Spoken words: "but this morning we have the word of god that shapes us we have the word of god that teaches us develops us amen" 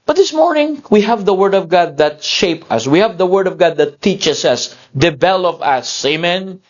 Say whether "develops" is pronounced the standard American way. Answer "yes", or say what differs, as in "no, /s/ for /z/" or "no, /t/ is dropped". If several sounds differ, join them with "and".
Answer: no, /s/ is dropped